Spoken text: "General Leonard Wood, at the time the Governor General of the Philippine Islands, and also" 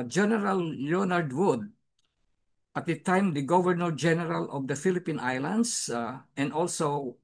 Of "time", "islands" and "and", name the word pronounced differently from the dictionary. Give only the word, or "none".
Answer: islands